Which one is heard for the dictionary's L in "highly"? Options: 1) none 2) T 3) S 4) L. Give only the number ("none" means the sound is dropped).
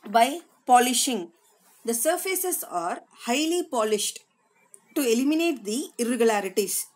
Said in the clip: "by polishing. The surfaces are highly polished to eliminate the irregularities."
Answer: 4